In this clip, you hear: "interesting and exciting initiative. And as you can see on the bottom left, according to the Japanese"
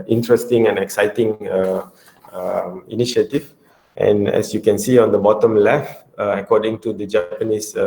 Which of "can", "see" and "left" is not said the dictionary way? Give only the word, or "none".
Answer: left